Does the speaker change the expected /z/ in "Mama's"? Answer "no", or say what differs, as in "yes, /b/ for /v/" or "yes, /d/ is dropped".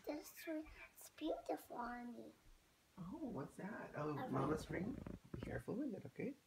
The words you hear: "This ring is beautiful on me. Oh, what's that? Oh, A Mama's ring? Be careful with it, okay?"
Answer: yes, /s/ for /z/